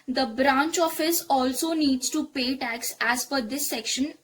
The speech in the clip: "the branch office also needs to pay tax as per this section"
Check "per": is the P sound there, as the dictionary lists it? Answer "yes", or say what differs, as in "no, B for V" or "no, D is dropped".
no, F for P